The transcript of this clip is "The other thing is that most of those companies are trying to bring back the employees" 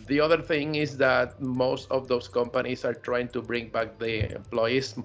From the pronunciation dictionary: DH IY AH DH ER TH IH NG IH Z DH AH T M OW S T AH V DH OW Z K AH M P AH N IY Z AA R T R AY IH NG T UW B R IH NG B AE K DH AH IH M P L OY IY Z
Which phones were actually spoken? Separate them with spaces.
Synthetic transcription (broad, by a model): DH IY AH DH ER TH IH NG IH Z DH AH T M OW S T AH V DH OW S K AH M P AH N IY S AA R T R AY IH NG T UW B R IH NG B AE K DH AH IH M P L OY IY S